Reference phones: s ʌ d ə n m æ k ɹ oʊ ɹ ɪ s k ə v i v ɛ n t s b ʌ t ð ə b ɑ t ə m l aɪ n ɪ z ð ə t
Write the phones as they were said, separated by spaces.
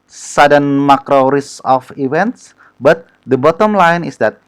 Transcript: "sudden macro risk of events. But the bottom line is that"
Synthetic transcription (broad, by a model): s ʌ d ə n m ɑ k ɹ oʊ ɹ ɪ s ə f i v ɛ n t s b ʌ t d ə b ɑ t ə m l aɪ n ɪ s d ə t